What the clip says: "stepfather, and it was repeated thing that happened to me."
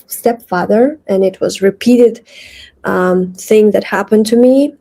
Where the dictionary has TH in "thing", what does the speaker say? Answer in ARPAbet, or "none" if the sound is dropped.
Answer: TH